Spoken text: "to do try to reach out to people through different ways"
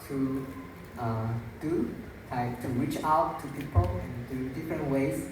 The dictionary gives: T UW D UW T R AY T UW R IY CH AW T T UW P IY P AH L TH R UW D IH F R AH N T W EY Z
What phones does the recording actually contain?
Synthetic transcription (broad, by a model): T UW D UW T AY T UW R IY CH AW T T UW P IY P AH L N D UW D IH F R AH N T W EY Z